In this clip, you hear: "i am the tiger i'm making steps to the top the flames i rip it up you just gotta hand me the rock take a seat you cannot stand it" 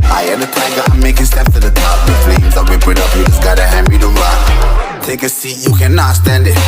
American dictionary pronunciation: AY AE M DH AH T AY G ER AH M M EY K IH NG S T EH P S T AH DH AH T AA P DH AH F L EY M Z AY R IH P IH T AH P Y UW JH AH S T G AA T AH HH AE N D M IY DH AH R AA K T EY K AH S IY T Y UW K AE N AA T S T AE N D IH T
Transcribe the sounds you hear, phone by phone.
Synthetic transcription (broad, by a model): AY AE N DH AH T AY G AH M M EY K IH NG S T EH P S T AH DH AH T AA P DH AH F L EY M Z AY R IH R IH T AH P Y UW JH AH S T G AA T AH HH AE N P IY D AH L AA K T EY K AH S IY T Y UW K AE N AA T S T AE N D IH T